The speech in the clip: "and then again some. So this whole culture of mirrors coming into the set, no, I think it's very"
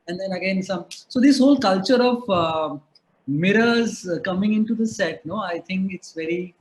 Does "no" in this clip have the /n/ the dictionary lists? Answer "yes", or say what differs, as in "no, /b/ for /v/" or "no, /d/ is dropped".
yes